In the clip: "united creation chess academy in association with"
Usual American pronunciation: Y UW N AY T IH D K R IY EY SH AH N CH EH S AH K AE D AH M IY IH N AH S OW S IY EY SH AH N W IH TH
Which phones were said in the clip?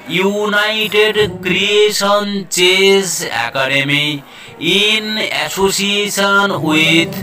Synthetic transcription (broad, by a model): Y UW N AY T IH D K R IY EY S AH N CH EH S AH K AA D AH M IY IH N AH S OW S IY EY S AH N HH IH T